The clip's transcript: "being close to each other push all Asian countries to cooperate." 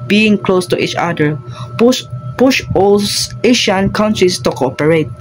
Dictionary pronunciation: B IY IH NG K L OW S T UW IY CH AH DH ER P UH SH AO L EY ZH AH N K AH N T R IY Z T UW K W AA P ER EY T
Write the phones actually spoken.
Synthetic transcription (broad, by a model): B IY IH NG K L OW S T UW IY CH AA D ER P UH SH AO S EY SH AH N K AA N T R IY S T UW K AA P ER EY T